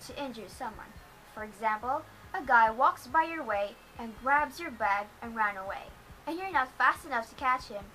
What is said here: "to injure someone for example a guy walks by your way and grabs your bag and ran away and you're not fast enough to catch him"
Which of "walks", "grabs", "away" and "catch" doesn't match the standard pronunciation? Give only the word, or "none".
none